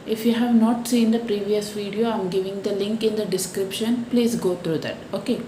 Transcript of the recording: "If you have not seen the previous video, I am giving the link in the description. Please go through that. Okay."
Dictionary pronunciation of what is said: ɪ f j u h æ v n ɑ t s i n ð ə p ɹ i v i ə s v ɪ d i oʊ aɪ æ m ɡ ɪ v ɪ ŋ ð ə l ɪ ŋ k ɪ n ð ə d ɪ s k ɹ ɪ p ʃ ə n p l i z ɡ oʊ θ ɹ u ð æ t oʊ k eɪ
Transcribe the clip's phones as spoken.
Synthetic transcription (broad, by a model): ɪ f j u h æ v n ɑ t s i n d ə p ɹ i v i ə s v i d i oʊ aɪ m ɡ ɪ v ɪ ŋ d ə l ɪ ŋ k ɪ n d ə d ɪ s k ɹ ɪ p ʃ ə n p l i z ɡ oʊ t ɹ u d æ t oʊ k eɪ